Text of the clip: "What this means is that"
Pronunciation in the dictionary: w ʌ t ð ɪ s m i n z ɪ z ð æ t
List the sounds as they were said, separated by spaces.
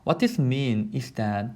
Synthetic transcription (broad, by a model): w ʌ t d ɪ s m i n ɪ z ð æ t